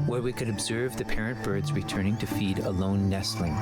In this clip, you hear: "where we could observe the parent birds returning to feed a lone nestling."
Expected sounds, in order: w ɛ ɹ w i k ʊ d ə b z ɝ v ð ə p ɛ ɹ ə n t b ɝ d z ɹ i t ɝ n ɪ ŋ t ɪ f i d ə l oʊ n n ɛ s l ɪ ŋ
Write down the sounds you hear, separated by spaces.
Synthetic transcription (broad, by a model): w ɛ ɹ w i k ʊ d ə b z ɝ v ð ə p ɛ ɹ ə n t b ɝ d z ɹ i t ɝ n ɪ ŋ t ɪ f i d ə l oʊ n n ɛ s l ɪ ŋ